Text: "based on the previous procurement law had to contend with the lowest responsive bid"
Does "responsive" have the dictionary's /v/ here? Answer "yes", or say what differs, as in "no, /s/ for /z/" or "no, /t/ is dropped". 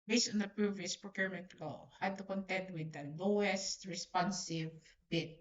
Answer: yes